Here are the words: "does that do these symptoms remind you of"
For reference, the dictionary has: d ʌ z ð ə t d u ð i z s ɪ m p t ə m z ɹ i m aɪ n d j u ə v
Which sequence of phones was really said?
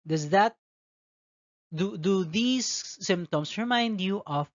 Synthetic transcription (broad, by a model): d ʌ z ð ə t d u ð i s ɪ m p t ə m s ɹ i m aɪ n d j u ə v